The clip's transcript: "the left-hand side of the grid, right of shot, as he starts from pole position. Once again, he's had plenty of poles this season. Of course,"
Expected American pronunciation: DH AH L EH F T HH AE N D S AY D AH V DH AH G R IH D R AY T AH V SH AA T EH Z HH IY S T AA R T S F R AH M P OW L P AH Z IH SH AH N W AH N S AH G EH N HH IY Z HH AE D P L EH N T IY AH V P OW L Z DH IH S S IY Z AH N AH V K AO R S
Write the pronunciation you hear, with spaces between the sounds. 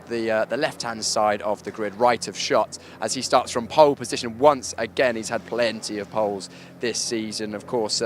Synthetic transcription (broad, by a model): DH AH L EH F T HH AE N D S AY D AH V DH AH G R IH D R AY T AH V SH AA T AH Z IY S T AA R T S F R AH M P OW L P AH Z IH SH AH N W AH N S AH G EH N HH IY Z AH D P L EH N T IY AH V P OW L Z DH IH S S IY Z AH N AH V K AO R S